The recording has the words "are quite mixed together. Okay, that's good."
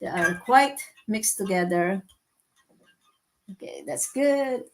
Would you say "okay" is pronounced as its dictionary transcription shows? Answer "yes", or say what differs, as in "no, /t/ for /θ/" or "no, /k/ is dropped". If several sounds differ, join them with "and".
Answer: yes